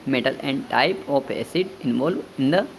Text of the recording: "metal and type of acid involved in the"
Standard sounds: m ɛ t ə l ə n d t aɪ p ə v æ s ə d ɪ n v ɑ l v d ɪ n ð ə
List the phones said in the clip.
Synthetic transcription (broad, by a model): m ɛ t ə l ə n d t aɪ p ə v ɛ s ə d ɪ n v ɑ l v ɪ n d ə